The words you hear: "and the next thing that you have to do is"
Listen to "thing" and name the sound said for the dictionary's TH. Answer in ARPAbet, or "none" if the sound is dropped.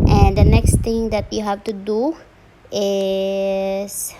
T